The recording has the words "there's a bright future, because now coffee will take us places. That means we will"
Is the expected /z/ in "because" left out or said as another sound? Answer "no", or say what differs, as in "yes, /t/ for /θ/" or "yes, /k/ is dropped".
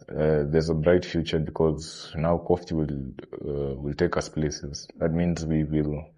no